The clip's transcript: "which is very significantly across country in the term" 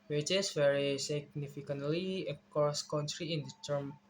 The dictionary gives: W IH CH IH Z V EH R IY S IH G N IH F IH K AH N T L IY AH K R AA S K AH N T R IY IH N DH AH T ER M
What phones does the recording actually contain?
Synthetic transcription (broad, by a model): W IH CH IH S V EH R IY S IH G N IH F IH K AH N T L IY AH K AA S K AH N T R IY IH N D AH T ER M